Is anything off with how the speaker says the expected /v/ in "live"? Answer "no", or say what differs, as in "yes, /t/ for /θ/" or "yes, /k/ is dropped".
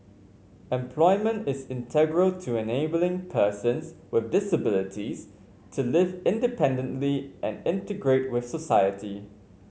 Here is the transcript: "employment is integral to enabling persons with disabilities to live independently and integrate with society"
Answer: no